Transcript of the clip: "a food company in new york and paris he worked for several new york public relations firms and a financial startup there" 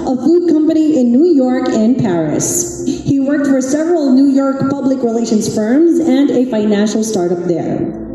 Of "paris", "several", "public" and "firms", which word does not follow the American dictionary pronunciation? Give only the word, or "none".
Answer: none